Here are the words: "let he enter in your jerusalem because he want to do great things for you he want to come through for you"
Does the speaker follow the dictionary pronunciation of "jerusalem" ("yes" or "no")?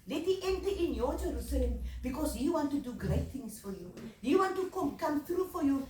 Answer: yes